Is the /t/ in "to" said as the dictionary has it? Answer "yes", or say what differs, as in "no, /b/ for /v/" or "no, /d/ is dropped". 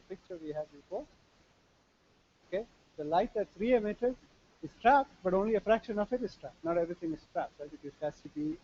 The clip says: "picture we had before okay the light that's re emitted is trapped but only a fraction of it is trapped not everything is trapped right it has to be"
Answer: no, /s/ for /t/